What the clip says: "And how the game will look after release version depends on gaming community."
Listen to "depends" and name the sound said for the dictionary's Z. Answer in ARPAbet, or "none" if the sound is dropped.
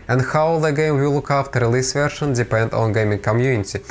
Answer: none